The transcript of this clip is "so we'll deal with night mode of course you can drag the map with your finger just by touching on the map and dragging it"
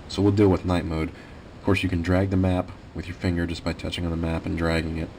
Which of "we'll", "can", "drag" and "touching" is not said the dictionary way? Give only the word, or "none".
none